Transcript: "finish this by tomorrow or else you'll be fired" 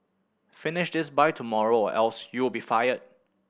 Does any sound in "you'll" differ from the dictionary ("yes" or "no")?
yes